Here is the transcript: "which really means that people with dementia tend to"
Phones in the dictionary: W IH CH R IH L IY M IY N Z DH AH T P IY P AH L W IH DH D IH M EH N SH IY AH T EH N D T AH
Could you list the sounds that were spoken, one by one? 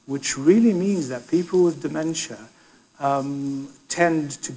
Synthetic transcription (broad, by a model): W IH CH R IH L IY M IY N Z DH AH T P IY P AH L W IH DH D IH M EH N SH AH T EH N T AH